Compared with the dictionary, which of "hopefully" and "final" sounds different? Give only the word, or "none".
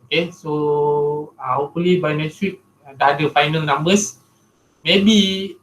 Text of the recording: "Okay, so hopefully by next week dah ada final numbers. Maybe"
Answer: hopefully